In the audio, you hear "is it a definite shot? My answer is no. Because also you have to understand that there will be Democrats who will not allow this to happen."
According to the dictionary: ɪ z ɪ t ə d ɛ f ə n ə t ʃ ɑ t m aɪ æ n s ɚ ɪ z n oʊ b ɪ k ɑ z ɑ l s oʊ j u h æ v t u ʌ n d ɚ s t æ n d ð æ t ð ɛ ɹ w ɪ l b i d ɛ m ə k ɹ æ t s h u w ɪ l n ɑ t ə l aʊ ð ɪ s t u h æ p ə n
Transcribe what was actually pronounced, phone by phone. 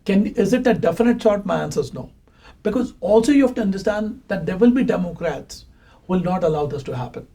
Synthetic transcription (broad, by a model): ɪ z ɪ t ə d ɛ f ə n ə t s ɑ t m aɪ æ n s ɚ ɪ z n oʊ b ɪ k ɑ z ɑ l s oʊ j u h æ f t u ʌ n d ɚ s t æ n d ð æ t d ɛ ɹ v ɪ l b i d ɛ m ə k ɹ æ t s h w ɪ l n ɑ t ə l aʊ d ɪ s t u h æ p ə n